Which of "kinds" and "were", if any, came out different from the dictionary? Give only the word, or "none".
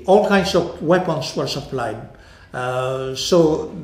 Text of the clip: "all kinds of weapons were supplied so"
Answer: kinds